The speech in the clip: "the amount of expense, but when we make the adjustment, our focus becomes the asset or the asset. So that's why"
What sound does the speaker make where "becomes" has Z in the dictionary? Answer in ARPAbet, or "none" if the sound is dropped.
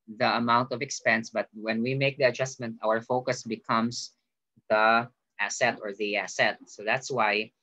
S